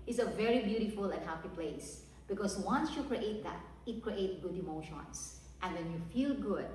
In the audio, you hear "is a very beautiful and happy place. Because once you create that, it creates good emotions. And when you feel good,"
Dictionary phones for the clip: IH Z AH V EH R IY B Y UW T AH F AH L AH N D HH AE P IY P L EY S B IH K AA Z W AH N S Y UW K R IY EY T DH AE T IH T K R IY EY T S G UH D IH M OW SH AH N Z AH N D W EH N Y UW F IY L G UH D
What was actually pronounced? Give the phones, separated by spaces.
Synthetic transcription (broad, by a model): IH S AH V EH R IY B Y UW T AH F AH L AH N HH AE P IY P L EY S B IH K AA S W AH N S Y UW K R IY EY T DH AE T IH T K R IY EY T G UH D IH M OW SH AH N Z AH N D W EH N Y UW F IY L G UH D